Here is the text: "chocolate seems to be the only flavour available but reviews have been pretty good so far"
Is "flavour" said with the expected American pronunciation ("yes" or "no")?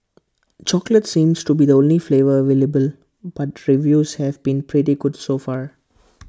yes